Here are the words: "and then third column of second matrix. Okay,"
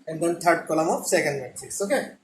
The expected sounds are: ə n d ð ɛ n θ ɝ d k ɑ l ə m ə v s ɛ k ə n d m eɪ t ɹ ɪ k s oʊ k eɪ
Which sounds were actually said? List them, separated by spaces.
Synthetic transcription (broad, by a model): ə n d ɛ n t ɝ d k ɑ l ə m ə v s ɛ k ə n d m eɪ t ɪ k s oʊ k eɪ